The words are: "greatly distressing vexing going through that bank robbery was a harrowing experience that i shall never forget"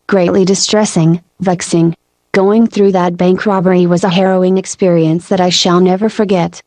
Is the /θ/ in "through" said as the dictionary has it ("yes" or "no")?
yes